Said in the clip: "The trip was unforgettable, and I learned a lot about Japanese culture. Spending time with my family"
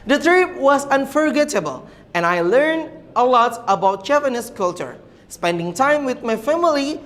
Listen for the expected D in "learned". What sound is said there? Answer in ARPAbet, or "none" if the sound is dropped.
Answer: D